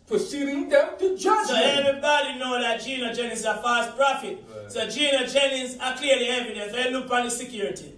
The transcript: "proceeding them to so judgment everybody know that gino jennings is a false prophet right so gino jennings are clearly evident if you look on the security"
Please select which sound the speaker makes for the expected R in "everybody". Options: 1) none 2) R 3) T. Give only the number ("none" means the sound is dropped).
1